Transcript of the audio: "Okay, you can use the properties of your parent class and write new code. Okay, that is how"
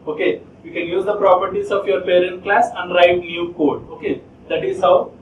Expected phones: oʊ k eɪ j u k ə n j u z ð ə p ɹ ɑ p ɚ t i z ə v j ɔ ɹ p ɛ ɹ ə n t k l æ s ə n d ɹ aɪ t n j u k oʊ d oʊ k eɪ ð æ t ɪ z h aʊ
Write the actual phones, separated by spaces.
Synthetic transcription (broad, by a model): oʊ k eɪ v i k ə n j u z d ə p ɹ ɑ p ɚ t i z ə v j ɔ ɹ p ɛ ɹ ə n t k l æ s ə n d ɹ aɪ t n j u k oʊ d oʊ k eɪ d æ t ɪ z h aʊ